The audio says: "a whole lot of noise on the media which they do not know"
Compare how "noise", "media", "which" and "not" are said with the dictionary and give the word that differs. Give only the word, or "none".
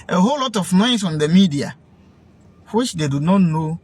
noise